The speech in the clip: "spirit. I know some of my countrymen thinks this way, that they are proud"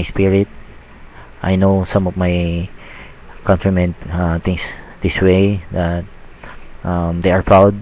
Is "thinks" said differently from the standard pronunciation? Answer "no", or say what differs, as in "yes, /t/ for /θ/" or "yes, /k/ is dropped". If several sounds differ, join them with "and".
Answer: yes, /t/ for /θ/ and /k/ is dropped